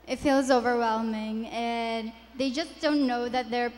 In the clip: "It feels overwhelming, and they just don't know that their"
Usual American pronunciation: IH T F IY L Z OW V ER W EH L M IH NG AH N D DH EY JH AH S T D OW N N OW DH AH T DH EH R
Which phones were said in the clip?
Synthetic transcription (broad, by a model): IH T F IY L Z OW V ER W EH L M IH NG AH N DH EY JH AH S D OW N N OW DH AH T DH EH R